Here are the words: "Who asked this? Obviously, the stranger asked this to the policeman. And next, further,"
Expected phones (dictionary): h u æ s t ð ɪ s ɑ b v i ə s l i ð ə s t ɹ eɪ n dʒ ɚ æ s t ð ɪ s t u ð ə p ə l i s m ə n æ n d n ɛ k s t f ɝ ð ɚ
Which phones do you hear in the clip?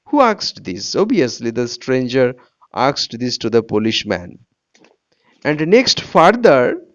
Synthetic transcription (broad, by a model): h u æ s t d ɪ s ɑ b i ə s l i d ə s t ɹ eɪ n dʒ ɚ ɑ s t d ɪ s t u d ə p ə l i ʃ m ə n æ n d n ɛ k s t f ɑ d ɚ